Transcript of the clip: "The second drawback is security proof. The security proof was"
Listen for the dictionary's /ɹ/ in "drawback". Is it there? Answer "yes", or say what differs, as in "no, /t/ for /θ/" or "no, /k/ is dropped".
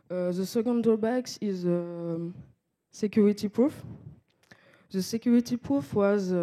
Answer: no, /ɹ/ is dropped